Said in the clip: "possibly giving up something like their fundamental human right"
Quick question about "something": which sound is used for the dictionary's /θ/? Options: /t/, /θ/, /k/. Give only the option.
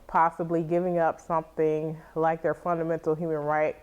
/θ/